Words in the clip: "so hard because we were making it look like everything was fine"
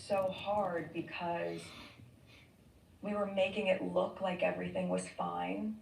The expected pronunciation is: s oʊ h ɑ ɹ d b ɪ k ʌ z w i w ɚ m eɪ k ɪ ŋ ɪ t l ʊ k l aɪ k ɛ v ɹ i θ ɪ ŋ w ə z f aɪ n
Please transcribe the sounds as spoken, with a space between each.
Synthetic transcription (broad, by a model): s oʊ h ɑ ɹ d b ɪ k ʌ z w i w ɚ m eɪ k ɪ ŋ ɪ t l ʊ k l aɪ k ɛ v ɹ i θ ɪ ŋ w ə z f aɪ n